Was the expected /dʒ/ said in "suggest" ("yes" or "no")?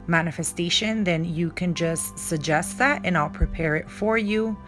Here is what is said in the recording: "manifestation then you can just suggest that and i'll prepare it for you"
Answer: yes